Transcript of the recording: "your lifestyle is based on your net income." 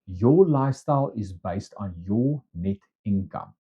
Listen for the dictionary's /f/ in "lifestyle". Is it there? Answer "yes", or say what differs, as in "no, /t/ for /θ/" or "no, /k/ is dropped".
no, /f/ is dropped